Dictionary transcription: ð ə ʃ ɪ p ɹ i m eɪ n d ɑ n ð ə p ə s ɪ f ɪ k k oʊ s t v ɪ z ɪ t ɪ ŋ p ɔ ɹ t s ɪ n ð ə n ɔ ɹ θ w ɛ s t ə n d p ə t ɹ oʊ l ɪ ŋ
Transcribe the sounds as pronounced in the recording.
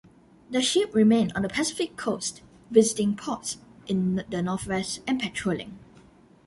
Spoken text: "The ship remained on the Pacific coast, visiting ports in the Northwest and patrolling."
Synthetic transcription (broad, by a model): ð ə ʃ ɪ p ɹ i m eɪ n ɑ n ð ə p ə s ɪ f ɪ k k oʊ s t v ɪ z ɪ t ɪ ŋ p ɔ t s ɪ n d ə n ɔ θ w ɛ s t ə n p ə t ɹ oʊ l ɪ ŋ